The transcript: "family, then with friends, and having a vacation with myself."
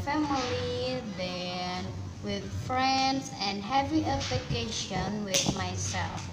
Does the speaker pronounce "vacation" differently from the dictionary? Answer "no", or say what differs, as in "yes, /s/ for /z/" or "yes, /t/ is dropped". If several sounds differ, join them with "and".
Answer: yes, /p/ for /v/